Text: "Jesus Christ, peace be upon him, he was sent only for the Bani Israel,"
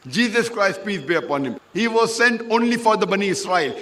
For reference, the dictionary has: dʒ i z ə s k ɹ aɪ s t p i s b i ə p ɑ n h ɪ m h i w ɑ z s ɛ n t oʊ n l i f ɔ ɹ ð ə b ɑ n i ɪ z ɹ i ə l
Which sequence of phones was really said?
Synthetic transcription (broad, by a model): dʒ i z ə s k ɹ aɪ s t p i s b i ə p ɑ n h ɪ m h i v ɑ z s ɛ n t oʊ n l i f ɔ ɹ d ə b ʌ n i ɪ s ɹ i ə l